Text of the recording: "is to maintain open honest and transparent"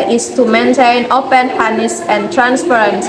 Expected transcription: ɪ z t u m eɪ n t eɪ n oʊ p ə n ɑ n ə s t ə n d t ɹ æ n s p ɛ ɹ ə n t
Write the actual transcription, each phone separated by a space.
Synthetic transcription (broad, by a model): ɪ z t u m eɪ n t eɪ n oʊ p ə n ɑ n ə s ə n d t ɹ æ n s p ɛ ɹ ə n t